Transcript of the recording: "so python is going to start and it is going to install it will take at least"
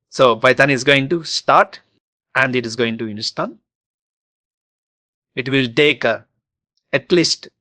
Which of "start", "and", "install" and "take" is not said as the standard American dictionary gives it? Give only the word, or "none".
install